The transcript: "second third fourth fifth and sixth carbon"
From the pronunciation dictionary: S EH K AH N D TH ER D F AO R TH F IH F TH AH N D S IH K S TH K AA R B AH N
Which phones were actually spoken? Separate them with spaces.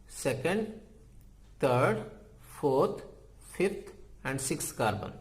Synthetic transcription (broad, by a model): S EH K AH N D T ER D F AO R T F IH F T AH N D S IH K S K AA R B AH N